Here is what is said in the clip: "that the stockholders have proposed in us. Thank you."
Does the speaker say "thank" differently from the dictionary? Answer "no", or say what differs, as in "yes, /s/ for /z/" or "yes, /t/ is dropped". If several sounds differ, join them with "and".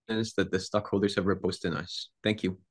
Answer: no